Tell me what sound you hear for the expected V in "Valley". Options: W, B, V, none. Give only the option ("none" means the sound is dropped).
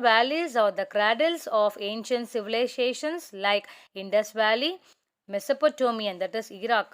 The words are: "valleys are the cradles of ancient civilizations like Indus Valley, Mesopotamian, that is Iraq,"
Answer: V